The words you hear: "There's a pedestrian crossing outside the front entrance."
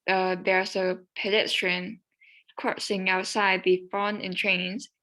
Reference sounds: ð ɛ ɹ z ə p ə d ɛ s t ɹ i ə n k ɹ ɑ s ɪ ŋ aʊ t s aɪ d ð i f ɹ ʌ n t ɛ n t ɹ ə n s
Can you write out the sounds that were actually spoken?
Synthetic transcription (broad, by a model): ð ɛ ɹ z ə p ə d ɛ s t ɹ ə n k ɹ ɑ s ɪ ŋ aʊ t s aɪ d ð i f ʌ n ɛ n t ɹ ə n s